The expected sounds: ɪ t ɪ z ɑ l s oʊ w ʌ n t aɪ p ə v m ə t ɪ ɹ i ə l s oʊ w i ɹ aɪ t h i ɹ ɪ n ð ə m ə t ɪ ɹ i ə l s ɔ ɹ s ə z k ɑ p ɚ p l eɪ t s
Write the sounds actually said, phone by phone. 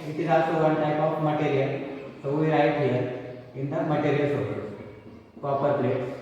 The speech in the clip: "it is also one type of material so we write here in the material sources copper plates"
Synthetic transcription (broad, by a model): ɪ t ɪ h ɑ s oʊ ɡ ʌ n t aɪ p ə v m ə t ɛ ɹ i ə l s oʊ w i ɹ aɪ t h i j ɪ n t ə m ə t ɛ ɹ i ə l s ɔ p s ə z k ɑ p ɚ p l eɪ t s